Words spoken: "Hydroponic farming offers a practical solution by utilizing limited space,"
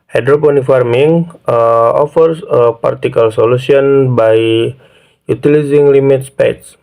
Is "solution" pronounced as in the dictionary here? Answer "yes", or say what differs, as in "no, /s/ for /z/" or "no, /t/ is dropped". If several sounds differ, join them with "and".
no, /s/ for /ʃ/